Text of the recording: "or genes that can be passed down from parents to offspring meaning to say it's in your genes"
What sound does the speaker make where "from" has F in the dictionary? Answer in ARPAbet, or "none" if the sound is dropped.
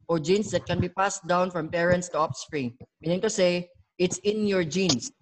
F